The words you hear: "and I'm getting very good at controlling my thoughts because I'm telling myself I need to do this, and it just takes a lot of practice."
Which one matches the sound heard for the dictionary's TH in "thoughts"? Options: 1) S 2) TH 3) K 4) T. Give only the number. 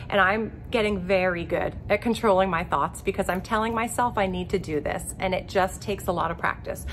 2